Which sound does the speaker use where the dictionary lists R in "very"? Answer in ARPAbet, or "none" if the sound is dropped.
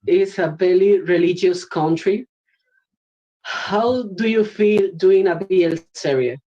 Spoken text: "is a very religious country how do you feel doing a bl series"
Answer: L